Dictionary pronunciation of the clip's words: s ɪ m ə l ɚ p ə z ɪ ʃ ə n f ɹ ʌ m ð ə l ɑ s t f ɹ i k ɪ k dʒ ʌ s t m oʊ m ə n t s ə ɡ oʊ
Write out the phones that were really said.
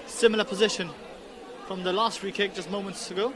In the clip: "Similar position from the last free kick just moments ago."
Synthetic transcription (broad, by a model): s ɪ m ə l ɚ p ə z ɪ ʃ ə n f ɹ ʌ m ð ə l ɑ s t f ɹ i k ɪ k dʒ ʌ s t m oʊ m ə n t s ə ɡ oʊ